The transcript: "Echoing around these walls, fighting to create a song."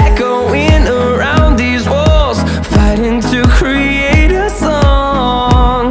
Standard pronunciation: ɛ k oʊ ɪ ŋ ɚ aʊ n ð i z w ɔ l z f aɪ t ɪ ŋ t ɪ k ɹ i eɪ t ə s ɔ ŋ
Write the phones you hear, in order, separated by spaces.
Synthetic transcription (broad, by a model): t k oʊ ɪ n ɚ aʊ n ð i z w ɔ l z f aɪ t ɪ ŋ t ɪ k ɹ i eɪ t ə s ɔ ŋ